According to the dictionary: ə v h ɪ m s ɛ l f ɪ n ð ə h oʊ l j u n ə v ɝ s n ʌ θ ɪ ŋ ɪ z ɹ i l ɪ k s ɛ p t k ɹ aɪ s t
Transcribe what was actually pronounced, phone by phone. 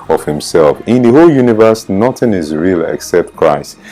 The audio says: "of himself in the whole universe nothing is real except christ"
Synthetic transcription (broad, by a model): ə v h ɪ m s ɛ l f ɪ n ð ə h oʊ l j u n ə v ɝ s n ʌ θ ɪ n ɪ z ɹ i l ɪ k s ɛ p t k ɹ aɪ s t